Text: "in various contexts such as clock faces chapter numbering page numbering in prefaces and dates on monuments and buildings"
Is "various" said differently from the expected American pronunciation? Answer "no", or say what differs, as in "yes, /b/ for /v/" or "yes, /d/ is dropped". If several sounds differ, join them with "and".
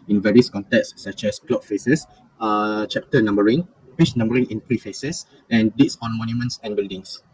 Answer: no